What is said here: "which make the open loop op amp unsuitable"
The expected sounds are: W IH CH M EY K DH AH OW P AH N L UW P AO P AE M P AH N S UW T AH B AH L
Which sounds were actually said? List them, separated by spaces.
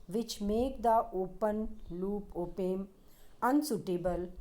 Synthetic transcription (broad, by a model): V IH CH M EY K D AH OW P AH N L UW P AO P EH M AH N S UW T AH B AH L